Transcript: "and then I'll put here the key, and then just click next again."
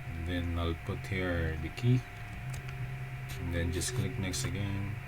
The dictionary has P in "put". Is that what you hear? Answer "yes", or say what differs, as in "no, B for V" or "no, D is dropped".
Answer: yes